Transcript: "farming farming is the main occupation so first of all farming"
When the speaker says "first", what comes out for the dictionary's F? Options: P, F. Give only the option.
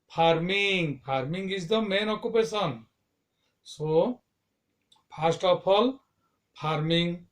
P